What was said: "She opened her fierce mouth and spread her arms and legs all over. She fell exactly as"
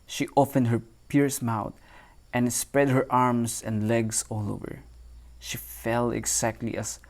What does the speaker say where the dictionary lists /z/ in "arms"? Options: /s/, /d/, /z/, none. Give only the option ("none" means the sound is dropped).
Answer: /s/